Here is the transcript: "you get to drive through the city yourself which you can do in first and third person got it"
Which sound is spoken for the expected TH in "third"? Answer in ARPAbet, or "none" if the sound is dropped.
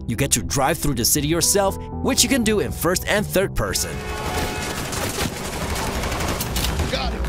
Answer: TH